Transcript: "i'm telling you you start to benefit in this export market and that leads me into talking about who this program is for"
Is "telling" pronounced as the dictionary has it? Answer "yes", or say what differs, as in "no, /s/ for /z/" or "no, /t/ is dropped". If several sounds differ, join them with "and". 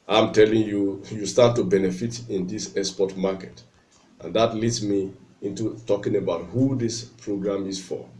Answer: yes